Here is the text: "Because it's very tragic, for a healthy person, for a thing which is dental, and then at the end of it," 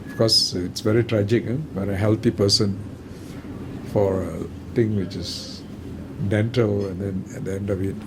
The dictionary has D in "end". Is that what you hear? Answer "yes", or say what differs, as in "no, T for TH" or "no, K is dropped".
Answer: yes